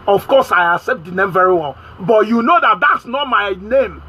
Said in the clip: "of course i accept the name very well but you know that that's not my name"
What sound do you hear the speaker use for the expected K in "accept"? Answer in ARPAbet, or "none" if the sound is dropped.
none